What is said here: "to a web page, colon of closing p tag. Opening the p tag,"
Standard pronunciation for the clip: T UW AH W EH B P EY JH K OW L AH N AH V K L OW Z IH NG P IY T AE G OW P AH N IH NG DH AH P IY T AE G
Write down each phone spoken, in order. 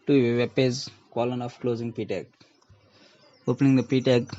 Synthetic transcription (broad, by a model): T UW AH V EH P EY Z K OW L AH N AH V K L OW Z IH NG P IY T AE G OW P AH N IH NG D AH P IY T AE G